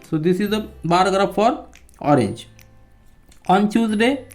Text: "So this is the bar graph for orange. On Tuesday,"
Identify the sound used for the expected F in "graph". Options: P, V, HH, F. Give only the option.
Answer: P